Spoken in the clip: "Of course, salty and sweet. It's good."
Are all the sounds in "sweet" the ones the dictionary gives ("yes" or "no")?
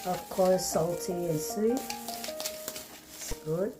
no